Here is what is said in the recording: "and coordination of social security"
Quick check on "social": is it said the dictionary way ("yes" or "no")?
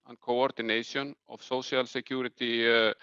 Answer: no